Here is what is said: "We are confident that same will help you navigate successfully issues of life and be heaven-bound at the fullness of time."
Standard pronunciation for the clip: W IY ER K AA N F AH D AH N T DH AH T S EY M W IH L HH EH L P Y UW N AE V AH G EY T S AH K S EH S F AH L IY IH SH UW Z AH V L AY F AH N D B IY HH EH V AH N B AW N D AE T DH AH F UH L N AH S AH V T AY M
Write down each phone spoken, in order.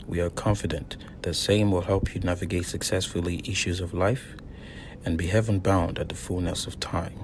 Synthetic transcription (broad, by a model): W IY ER K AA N F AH D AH N DH AH T S EY M W IH L HH EH L P Y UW N AE V AH G EY T S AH K S EH S F L IY IH SH UW Z AH V L AY F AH N B IY HH EH V AH N B AW N D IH T DH AH F UH L N AH S AH V T AY M